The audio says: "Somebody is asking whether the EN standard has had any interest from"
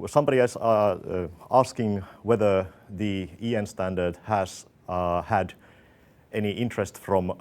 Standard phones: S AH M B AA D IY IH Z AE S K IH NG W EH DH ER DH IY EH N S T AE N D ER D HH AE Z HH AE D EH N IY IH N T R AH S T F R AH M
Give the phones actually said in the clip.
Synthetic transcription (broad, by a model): S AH M B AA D IY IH S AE S K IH NG W EH DH ER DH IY EH N S T AE N D ER D HH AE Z HH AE D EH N IY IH N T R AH S T F R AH M